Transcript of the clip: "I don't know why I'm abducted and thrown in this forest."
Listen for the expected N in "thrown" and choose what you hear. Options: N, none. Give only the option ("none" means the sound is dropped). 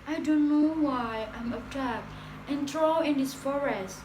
none